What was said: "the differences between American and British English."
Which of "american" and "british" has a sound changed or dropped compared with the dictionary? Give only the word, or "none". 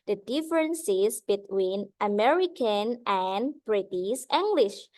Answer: british